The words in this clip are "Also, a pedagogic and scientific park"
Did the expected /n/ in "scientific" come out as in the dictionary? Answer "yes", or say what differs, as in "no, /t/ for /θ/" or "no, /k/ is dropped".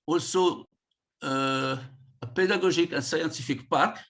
no, /n/ is dropped